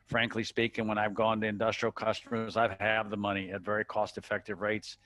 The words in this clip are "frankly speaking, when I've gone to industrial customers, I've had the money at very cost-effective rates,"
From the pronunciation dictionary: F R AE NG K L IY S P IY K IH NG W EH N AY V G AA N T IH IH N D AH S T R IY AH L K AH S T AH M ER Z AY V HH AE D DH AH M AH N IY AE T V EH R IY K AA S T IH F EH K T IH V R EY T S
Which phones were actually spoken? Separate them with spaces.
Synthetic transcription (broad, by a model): F R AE NG K L IY S P IY K IH NG W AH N AY V G AA N T IH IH N D AH S T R IY L K AH S T AH M ER Z AY V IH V DH AH M AH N IY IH T V EH R IY K AA S T IH F EH K T IH V R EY T S